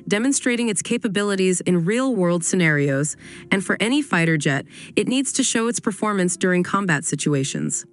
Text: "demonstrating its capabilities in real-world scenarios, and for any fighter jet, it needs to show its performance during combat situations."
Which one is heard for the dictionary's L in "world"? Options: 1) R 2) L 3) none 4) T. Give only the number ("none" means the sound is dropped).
2